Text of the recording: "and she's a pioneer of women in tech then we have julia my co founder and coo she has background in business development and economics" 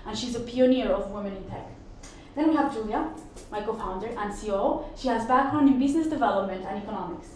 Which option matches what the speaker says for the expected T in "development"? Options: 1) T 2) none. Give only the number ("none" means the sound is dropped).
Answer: 1